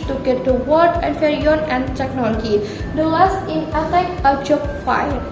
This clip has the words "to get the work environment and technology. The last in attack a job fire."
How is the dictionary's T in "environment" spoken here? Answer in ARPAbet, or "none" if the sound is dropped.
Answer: none